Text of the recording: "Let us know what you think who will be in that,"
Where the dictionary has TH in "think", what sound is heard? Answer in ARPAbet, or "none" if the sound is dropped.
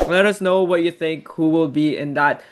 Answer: TH